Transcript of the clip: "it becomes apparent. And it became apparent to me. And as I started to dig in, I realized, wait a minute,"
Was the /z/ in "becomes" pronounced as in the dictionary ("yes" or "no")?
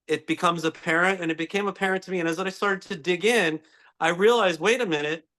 yes